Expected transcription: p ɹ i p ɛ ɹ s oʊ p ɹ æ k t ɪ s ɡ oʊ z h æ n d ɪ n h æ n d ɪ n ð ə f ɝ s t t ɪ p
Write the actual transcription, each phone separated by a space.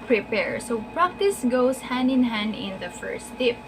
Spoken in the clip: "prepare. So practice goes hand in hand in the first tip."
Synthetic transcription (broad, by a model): p ɹ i p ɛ ɹ s oʊ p ɹ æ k t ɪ s ɡ oʊ s h æ n d ɪ n h æ n d ɪ n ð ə f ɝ s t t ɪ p